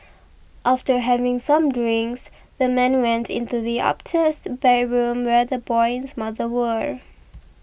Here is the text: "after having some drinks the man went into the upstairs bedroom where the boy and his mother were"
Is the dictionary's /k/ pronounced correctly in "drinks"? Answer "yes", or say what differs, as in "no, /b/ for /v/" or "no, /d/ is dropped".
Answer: yes